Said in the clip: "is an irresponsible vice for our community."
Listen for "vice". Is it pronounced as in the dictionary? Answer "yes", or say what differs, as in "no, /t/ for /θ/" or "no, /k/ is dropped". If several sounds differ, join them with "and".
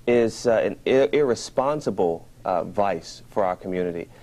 yes